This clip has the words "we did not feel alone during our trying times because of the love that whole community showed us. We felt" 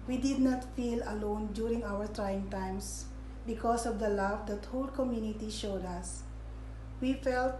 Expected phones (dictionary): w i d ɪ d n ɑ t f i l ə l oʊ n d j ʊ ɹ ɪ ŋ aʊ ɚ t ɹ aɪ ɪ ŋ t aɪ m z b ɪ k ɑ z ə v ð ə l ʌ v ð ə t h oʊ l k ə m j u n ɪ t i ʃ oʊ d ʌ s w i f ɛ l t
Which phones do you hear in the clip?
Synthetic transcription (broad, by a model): w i d ɪ d n ɑ t f i l ə l oʊ n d j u ɹ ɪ ŋ aʊ ɚ t ɹ aɪ ɪ ŋ t aɪ m s b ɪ k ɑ s ə v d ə l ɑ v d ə t h oʊ l k ə m j u n ɪ t i ʃ oʊ d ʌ s w i f ɛ l t